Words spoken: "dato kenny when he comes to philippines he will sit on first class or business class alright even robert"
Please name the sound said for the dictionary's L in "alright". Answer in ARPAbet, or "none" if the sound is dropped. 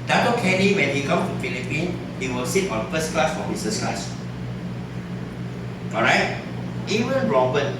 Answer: none